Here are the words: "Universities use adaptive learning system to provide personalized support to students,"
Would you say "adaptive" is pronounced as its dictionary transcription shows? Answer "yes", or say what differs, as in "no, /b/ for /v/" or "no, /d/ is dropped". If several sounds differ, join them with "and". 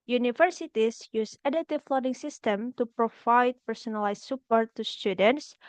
no, /p/ is dropped